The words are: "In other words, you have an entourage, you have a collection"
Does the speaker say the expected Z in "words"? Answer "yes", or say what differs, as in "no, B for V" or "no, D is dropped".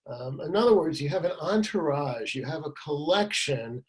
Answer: yes